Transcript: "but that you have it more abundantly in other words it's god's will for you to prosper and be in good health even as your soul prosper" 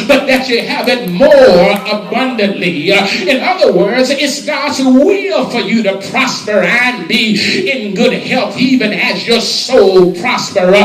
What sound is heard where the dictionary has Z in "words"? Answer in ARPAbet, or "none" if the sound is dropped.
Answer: Z